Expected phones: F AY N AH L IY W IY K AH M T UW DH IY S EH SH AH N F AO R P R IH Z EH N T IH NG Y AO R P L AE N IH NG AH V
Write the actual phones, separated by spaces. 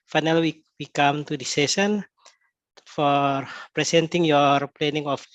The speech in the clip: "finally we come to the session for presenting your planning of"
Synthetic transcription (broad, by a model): F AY N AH L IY W IY K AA M T UW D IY S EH S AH N F AO R P R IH S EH N T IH NG Y AO R P L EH N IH NG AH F